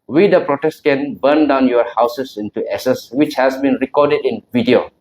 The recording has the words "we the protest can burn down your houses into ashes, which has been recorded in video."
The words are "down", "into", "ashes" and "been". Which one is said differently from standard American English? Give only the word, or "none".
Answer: ashes